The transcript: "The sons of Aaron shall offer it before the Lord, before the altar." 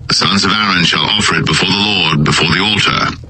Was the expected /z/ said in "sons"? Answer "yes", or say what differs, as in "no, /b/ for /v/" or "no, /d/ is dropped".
yes